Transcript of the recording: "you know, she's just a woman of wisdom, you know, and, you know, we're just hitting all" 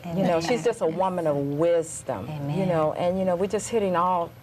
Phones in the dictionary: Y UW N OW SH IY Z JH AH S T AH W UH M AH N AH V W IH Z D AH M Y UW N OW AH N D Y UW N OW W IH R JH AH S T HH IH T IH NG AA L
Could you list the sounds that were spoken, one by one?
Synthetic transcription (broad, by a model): Y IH N OW SH IY Z JH AH S T AH W UH M AH N AH V W IH Z D AH M Y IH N OW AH N Y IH N OW W IH R JH AH S T HH IH T IH NG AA L